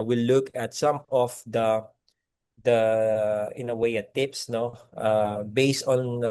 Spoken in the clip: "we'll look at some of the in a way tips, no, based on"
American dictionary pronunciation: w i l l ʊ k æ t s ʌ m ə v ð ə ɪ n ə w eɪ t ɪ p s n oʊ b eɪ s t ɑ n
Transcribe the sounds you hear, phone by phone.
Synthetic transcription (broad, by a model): w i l l ʊ k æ t s ʌ m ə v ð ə ɪ n ə w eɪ t ɪ p s n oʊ b eɪ s t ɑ n